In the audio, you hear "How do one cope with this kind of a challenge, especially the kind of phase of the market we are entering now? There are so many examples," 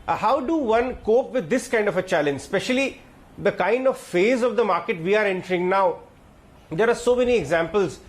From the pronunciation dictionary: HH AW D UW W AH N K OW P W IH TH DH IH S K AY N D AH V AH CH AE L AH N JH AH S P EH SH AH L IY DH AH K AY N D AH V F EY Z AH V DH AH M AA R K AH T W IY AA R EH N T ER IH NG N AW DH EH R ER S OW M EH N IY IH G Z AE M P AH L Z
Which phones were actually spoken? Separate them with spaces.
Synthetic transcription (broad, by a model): HH AW D UW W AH N K OW P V IH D IH S K AY N D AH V AH CH AE L AH N JH S P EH SH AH L IY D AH K AY N D AH V F EY Z AH V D AH M AA R K AH T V IY AA R EH N T ER IH NG N AW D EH R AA S OW M EH N IY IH G Z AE M P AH L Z